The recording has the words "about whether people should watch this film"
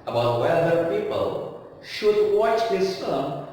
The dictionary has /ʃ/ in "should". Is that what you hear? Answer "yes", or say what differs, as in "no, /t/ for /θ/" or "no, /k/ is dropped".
yes